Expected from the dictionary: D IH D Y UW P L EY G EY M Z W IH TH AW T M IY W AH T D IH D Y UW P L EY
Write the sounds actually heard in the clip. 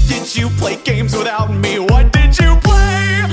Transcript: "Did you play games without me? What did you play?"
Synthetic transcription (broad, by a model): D IH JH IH P L EY G EY M Z W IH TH AW T M IY W AH T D IH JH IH P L EY